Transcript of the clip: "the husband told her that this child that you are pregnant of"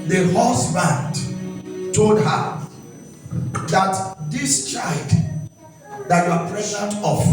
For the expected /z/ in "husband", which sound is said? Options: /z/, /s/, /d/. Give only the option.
/s/